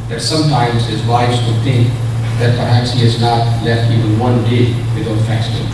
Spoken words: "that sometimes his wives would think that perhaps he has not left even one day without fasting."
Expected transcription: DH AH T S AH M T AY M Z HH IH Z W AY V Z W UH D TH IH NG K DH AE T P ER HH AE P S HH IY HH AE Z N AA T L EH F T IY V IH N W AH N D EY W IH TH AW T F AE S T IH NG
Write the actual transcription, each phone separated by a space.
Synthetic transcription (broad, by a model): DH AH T S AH M T AY M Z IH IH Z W AY Z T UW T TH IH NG K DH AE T P ER HH AE P S HH IY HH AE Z N AA T L EH F T IY V IH N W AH N D EY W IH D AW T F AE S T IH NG